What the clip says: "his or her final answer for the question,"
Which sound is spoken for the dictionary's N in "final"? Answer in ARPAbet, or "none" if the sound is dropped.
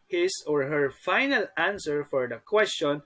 N